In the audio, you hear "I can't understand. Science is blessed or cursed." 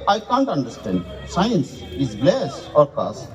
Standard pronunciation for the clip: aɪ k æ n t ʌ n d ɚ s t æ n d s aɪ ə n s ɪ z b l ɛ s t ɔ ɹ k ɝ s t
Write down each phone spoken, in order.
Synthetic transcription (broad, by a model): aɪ k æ n t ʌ n d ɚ s t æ n d s aɪ ə n s ɪ z l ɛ s ɔ ɹ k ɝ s